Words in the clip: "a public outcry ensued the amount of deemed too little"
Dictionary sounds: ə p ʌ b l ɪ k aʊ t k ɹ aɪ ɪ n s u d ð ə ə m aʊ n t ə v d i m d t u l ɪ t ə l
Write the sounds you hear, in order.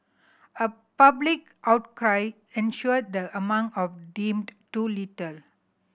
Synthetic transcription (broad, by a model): ə p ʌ b l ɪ k aʊ t k ɹ aɪ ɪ n ʃ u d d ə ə m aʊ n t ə f d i m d t u l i t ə l